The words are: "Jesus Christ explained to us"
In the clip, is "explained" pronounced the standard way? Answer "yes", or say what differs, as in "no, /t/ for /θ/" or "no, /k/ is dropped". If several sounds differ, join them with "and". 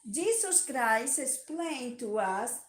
no, /k/ is dropped